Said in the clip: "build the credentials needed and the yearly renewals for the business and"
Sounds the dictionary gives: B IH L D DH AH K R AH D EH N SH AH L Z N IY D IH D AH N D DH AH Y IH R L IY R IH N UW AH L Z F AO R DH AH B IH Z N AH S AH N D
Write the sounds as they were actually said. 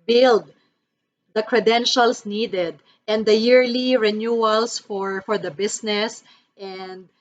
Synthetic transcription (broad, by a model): B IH L D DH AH K R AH D EH N SH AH L S N IY D IH D AH N D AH Y IH R L IY R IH N UW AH L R F AO R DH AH B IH S N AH S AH N D